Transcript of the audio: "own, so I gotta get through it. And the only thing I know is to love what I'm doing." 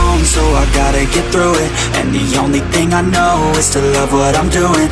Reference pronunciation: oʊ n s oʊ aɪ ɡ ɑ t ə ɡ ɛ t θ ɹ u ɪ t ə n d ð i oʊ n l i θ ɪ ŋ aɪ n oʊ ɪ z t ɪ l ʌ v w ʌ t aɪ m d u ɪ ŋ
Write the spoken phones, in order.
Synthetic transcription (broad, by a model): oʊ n s oʊ aɪ ɡ ɑ t ə ɡ ɛ t θ ɹ u ɪ t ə n ð i oʊ n l i θ ɪ ŋ aɪ n oʊ ɪ z t ɪ l ʌ v w ʌ t aɪ m d u ɪ ŋ